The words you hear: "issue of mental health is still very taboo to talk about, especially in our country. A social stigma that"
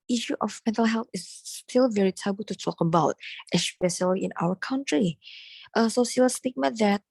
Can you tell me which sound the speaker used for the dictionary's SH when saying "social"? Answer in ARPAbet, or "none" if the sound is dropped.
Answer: S